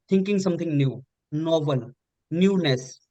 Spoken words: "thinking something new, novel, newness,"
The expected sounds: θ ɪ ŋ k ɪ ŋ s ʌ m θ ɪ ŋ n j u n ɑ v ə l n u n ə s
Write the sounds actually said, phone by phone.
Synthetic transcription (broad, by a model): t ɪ ŋ k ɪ ŋ s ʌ m t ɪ ŋ n j u n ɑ b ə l n u n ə s